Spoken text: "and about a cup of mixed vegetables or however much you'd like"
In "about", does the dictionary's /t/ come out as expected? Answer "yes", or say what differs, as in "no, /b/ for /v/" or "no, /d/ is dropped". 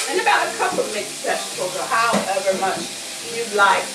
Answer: yes